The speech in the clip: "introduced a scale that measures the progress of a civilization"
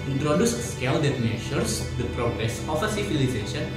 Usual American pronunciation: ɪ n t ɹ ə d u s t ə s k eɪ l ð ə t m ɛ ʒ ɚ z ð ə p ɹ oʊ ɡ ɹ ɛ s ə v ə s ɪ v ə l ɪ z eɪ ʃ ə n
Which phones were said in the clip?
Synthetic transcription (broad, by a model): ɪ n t ɹ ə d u s s k eɪ l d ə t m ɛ ʃ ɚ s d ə p ɹ oʊ ɡ ɹ ɛ s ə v ə s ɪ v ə l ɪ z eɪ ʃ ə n